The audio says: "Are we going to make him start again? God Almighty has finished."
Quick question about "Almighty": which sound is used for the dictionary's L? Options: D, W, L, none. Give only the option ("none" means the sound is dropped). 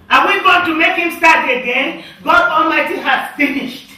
L